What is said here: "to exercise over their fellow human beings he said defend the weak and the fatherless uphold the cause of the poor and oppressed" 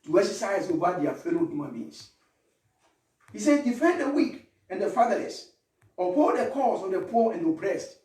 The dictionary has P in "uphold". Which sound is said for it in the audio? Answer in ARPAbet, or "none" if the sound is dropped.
none